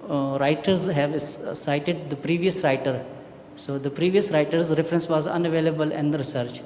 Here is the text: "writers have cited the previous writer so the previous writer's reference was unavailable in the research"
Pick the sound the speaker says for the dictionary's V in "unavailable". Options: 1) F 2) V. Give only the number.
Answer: 2